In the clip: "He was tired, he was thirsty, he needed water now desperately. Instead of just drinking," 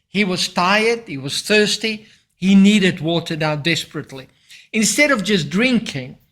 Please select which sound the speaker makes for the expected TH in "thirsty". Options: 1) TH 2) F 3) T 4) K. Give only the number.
1